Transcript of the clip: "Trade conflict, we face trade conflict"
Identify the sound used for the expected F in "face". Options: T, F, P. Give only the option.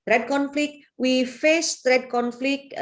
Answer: F